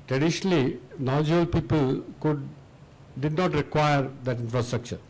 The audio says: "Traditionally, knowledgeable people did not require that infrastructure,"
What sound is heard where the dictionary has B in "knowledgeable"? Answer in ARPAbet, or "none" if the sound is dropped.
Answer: none